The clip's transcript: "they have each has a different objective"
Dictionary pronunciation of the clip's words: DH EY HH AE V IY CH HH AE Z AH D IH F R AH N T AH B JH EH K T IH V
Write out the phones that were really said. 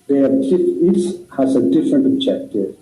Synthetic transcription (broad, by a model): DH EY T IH F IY S HH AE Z AH D IH F R AH N T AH B JH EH K T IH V